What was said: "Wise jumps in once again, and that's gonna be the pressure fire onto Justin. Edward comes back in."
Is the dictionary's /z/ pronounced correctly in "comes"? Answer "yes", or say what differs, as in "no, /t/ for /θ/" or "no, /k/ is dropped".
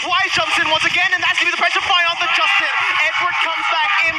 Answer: yes